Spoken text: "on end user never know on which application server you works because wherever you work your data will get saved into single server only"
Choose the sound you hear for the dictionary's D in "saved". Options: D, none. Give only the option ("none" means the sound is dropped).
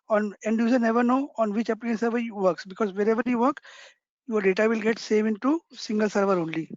none